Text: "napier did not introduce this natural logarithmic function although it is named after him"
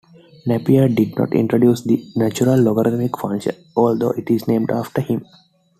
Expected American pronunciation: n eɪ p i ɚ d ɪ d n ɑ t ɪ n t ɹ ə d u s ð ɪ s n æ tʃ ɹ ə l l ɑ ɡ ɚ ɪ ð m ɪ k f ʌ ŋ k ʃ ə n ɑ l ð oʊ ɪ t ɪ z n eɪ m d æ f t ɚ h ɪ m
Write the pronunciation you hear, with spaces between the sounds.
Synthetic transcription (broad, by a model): n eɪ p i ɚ d ɪ d n ɑ t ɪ n t ɹ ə d u s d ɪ n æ tʃ ɹ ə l l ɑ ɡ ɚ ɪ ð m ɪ k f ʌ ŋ ʃ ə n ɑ l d oʊ ɪ t ɪ z n eɪ m d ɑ f t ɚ h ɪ m